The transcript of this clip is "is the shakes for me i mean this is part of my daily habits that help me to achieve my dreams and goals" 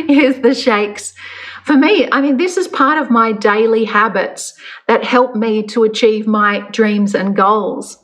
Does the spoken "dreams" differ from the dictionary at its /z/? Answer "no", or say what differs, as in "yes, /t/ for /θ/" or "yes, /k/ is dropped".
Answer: no